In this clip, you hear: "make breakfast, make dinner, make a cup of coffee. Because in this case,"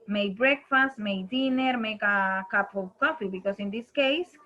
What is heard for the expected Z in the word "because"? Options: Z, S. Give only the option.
S